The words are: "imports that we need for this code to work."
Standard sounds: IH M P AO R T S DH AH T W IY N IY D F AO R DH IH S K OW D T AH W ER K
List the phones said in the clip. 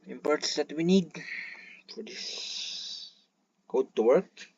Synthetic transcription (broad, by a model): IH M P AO R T S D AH T W IY N IY D F AO R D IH S K OW D T AH W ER K